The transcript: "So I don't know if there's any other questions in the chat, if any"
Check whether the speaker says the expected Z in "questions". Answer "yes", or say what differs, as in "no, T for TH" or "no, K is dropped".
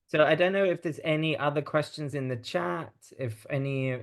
yes